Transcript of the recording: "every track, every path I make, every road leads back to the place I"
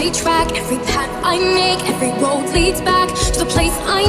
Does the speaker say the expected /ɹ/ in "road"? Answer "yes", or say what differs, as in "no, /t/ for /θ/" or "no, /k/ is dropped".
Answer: no, /w/ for /ɹ/